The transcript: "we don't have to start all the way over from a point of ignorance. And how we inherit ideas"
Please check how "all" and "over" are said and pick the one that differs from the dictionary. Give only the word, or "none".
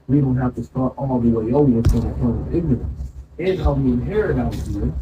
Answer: over